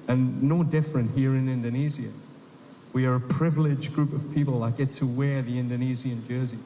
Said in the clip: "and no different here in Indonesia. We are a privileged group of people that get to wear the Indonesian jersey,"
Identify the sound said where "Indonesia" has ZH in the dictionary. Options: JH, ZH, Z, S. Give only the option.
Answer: Z